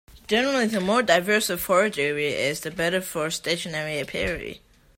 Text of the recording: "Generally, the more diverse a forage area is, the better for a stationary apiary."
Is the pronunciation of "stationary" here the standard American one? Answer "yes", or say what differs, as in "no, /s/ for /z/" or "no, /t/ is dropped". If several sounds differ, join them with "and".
yes